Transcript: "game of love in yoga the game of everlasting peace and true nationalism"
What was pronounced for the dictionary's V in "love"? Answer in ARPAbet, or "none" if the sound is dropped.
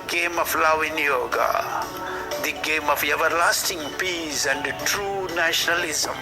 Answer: W